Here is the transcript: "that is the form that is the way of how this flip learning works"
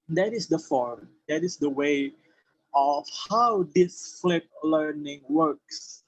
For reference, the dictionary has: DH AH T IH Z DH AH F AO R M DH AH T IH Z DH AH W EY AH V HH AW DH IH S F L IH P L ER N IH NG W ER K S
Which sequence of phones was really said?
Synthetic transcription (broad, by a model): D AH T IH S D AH F AO R M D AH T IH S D AH W EY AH F HH AW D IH S F L IH P L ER N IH NG W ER K S